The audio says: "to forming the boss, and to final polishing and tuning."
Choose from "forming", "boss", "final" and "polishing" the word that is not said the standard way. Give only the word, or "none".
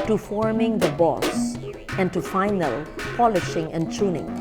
none